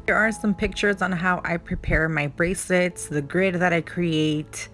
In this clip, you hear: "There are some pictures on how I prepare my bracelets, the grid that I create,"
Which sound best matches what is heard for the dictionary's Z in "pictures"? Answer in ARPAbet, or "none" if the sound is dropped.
Z